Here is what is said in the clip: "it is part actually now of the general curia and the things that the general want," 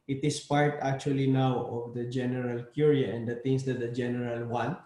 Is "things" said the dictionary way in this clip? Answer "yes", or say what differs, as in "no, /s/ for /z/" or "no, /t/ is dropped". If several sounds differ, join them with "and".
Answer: no, /t/ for /θ/